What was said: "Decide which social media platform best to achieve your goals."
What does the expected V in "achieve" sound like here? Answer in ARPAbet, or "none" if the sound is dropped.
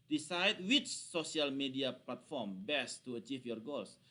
F